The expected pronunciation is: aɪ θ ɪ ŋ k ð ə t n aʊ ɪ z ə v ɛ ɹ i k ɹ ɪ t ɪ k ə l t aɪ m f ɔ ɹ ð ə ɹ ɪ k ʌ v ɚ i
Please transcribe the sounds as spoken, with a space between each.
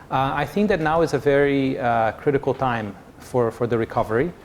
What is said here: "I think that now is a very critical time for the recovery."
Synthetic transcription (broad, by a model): aɪ θ ɪ ŋ k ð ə t n aʊ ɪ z ə v ɛ ɹ i k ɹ ɪ t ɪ k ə l t aɪ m f ɔ ɹ ð ə ɹ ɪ k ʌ v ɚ i